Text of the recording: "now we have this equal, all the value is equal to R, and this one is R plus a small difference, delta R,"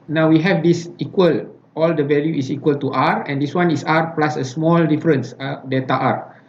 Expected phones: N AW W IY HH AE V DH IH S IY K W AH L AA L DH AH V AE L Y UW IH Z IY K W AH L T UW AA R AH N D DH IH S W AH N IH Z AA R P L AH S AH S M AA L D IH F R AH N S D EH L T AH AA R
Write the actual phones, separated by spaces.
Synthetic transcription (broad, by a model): N AW W IY HH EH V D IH S IY K W AH L AA L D AH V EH L Y UW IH S IY K W AH L T UW AA R AH N D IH S W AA N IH S AA R P L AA S AH S M AA L D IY F R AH N S D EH T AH AA R